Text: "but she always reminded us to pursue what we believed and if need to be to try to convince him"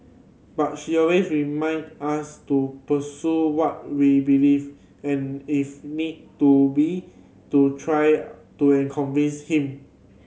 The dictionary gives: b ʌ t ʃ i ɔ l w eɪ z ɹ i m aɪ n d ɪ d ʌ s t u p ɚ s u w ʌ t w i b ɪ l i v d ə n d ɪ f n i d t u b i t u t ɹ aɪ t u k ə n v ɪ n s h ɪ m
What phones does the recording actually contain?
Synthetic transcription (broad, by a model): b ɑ t ʃ i ɔ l w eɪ s ɹ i m aɪ n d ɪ s t u p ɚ s u w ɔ t w i b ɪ l i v ə n ɪ f n i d t u b i t u t ɹ aɪ t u k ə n v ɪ n s h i m